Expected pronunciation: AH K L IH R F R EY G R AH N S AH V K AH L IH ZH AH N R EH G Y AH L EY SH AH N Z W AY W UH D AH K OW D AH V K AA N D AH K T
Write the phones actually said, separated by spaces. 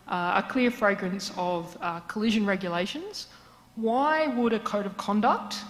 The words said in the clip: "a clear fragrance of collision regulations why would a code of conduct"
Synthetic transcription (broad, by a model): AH K L IH R F R EY G R AH N S AH V K AH L IH ZH AH N R EH G Y AH L EY SH AH N Z W AY W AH D AH K OW D AH V K AA N D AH K T